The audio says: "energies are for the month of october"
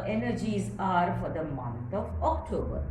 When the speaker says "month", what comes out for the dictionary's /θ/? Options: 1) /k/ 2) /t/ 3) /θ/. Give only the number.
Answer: 2